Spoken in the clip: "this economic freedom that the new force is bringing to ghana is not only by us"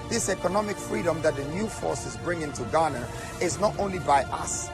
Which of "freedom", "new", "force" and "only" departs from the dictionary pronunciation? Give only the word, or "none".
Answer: none